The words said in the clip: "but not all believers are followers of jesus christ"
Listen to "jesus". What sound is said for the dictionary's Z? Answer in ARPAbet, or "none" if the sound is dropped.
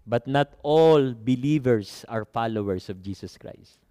S